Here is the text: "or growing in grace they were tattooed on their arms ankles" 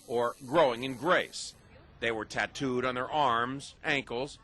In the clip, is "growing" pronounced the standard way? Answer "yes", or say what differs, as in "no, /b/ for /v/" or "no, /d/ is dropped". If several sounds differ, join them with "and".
yes